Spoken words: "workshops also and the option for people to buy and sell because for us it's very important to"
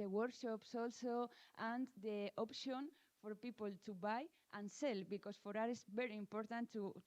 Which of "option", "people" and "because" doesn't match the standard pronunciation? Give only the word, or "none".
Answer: because